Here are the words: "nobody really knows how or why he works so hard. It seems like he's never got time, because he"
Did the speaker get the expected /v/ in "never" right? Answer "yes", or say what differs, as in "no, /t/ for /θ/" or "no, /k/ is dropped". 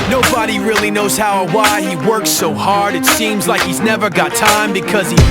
yes